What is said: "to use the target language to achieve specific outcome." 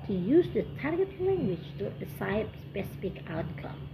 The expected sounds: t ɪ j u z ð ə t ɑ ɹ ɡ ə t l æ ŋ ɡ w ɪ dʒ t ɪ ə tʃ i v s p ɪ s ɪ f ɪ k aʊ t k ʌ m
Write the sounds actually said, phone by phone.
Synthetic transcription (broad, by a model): t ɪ j u z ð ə t ɑ ɹ ɡ ə t l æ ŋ ɡ w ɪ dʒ t ɪ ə s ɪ p s p ɪ s ɪ f ɪ k aʊ t k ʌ m